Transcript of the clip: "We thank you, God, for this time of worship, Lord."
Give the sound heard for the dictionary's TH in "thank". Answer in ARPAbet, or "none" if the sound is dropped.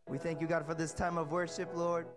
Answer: TH